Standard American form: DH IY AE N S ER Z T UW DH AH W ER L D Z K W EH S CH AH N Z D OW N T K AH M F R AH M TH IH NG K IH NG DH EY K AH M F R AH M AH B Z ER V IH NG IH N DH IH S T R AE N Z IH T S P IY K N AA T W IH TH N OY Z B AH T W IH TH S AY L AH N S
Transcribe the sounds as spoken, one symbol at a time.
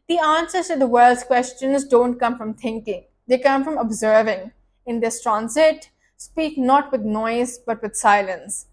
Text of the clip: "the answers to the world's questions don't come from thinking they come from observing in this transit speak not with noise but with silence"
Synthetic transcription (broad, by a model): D IY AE N S ER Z T UW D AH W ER L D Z K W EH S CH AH N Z D OW N T K AH M F R AH M T IH NG K IH NG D EY K AH M F R AH M AH B Z ER V IH NG IH N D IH S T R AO N S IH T S P IY K N AA T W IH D N OY Z B AH T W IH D S AY L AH N S